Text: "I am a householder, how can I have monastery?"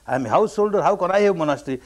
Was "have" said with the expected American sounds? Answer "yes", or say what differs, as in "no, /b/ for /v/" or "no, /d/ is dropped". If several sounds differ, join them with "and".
no, /w/ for /v/